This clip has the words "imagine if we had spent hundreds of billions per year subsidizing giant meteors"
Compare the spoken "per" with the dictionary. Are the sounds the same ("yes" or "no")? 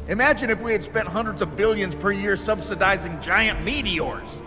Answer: yes